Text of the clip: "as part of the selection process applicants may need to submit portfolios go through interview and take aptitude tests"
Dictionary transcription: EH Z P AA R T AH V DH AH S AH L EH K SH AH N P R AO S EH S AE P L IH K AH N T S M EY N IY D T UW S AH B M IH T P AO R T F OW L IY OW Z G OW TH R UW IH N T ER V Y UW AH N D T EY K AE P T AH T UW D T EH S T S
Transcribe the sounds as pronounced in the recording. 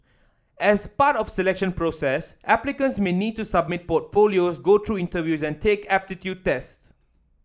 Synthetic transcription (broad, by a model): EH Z P AA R T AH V S AH L EH K SH AH N P R AO S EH S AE P L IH K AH N S M EY N IY D T UW S AH B M IH T P AO T F OW L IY OW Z G OW T R UW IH N T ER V Y UW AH N T EY K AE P T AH T UW D T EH S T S